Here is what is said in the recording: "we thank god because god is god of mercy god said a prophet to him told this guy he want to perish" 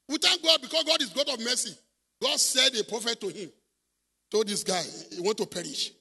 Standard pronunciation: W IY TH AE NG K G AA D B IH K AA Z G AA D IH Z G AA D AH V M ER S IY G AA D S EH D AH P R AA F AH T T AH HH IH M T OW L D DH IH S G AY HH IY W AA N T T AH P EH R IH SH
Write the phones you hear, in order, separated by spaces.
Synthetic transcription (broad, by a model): W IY T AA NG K G AA D B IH K AA S G AA D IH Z G AA D AH V M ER S IY G AA D S EH D AH P R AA F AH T T AH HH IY M T OW L D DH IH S G AY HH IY W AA N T T AH P EH R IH SH